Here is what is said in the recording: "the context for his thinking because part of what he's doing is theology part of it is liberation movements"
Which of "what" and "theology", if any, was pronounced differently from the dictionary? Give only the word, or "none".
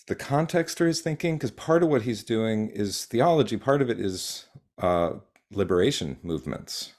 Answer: none